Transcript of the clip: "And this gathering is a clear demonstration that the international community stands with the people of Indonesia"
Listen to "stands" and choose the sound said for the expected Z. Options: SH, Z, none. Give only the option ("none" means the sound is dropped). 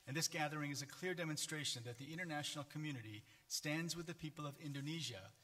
Z